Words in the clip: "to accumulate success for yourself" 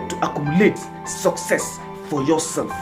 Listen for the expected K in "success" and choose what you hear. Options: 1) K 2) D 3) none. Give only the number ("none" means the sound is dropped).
1